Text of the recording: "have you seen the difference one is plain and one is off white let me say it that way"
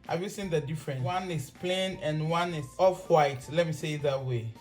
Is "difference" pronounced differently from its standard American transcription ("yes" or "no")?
yes